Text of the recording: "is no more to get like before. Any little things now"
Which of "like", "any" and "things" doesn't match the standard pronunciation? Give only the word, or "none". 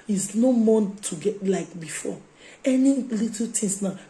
things